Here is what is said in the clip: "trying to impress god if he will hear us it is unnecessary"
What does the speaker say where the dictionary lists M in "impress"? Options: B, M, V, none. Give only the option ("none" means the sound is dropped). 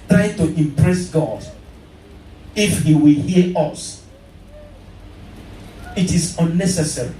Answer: M